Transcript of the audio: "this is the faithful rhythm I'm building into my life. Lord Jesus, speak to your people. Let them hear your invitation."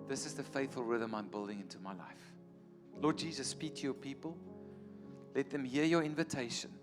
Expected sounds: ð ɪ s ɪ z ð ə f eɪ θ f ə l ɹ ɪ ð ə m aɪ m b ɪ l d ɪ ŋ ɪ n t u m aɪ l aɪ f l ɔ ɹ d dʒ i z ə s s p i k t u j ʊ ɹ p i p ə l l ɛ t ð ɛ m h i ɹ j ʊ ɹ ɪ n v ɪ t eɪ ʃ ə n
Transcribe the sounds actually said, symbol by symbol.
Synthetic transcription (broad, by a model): ð ɪ s ɪ z ð ə f eɪ θ f ə l ɹ ɪ ð ə m aɪ m b ɪ l d ɪ ŋ ɪ n t u m aɪ l aɪ f l ɔ d dʒ i z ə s s p i k t u j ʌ p i p ə l l ɛ t ð ɛ m h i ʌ j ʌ ɹ ɪ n v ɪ t eɪ ʃ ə n